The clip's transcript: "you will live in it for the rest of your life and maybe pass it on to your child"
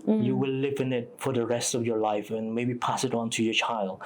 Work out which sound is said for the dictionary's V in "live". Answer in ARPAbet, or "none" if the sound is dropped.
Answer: V